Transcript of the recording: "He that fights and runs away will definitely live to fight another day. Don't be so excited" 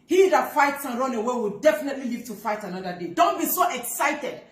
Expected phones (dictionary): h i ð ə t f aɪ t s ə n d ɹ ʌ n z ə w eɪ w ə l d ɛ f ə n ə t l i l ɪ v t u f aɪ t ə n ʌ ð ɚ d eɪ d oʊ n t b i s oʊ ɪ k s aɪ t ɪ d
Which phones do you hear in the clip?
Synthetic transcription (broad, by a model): h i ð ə t f aɪ t s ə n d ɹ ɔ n ə w eɪ w ə l d ɛ f ə n ə t l i l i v t u f aɪ t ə n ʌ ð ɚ d eɪ d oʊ n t b i s oʊ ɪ k s aɪ t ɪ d